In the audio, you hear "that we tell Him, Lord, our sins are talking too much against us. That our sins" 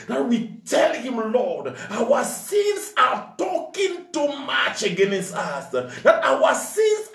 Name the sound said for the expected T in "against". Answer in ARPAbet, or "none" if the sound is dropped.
T